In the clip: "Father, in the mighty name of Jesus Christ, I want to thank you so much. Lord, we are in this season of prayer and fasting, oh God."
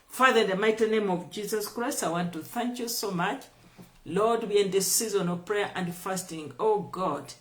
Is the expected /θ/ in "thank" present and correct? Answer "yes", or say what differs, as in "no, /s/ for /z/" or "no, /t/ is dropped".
yes